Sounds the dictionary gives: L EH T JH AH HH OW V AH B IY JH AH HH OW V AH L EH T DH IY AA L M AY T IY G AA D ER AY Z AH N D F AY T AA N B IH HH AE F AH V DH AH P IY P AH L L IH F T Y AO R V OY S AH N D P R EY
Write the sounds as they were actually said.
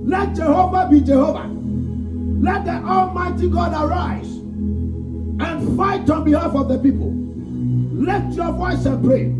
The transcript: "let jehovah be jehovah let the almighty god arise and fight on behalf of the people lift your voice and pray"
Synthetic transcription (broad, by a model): L EH T JH AH HH OW V AH B IY JH AH HH OW V AH L EH T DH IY AA L M AY T IY G AA D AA AY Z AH N F AY T AA N B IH HH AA F AH V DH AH P IY P AH L L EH T Y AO V OY S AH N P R EY